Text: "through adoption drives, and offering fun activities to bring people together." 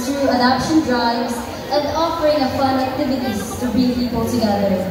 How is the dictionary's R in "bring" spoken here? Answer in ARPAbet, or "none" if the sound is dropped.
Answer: none